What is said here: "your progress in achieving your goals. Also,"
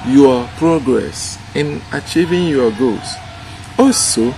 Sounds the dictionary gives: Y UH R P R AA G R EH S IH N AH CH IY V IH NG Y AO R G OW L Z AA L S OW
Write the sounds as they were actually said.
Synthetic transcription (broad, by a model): Y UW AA P R AA G R EH S IH N AH CH IY V IH NG Y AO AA G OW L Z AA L S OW